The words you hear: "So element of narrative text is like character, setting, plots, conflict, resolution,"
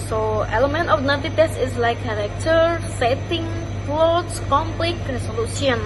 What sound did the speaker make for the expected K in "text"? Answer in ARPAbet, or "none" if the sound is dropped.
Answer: none